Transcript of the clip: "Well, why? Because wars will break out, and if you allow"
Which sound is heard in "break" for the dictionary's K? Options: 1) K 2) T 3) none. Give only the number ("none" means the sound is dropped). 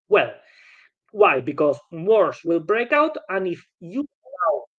1